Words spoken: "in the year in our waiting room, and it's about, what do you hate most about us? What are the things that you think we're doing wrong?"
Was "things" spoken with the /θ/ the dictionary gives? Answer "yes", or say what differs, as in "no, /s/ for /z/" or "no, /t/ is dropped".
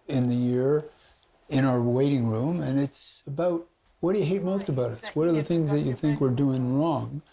yes